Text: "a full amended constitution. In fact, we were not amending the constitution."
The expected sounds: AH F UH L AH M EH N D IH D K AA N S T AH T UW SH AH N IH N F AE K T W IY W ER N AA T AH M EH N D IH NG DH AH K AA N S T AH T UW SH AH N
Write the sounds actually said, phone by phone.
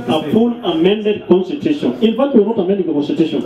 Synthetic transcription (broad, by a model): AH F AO N AH M EH N D IH D K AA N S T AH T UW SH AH N IH N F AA T W IY N AA T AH M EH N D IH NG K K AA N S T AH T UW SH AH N